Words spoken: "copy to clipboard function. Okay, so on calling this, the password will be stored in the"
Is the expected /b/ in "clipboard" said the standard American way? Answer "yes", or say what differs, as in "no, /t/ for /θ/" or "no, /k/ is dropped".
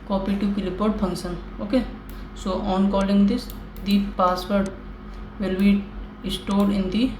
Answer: no, /b/ is dropped